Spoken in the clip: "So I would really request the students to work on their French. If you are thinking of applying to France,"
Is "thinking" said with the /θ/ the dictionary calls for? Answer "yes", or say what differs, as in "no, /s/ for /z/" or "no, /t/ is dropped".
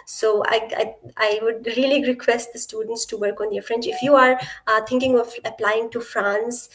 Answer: no, /t/ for /θ/